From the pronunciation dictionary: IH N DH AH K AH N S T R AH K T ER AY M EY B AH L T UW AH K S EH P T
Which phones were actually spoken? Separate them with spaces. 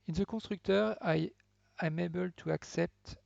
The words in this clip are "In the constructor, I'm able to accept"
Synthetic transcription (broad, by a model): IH N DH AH K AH S T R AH K T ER AY M EY B AH L T UW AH K S EH P T